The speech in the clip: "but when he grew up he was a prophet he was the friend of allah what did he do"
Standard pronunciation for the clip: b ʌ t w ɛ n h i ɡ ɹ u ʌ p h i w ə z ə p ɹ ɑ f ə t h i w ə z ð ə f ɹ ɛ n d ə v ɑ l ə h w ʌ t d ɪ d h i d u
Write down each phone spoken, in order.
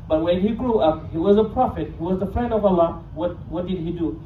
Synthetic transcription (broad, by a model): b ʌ t w ɛ n h i ɡ ɹ u ʌ p h i w ə z ə p ɹ ɑ f ə t h i w ə z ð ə f ɹ ɛ n d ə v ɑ w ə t w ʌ t d ɪ d h i d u